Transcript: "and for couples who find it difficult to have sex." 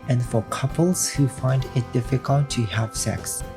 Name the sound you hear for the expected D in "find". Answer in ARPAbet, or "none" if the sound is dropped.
D